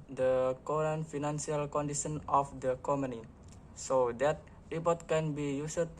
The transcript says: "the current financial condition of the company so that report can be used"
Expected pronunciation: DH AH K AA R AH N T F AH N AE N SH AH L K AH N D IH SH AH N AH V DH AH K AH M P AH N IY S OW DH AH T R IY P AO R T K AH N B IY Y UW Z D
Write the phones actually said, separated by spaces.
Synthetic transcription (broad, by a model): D AH K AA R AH N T F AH N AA N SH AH L K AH N D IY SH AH N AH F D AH K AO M AH N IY S OW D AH T R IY P AO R T K AH N B IY Y UW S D